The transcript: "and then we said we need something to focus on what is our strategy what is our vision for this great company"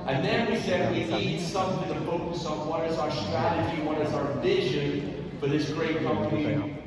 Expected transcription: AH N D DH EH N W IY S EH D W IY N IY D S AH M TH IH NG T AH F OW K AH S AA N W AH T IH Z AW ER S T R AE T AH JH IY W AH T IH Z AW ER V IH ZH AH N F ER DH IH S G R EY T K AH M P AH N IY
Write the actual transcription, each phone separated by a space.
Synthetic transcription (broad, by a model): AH N DH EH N W IY S EH D W IY N IY D S AH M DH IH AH F OW K AH S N W AH T IH Z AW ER S T R AE T AH JH IY W AH T IH Z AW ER V IH ZH AH N F ER DH IH S G R EY T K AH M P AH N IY